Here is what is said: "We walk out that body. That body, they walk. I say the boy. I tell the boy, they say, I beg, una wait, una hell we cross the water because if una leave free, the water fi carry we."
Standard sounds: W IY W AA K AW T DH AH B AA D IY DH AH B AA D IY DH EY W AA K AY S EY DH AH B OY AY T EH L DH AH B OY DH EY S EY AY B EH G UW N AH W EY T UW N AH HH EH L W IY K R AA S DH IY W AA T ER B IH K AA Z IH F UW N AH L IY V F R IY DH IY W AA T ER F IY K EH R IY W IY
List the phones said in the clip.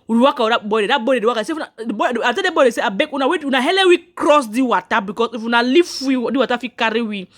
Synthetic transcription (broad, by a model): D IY W AA K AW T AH B AA D IY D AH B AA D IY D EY W AA K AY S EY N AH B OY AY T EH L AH B OY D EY S EY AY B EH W UW N AH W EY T UW N AH HH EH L W IY K R AA S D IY W AA T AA B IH K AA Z IH F UW N AH L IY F W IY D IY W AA T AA F IY K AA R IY W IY